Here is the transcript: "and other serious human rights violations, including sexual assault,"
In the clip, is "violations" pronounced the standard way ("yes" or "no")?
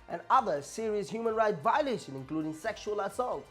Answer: no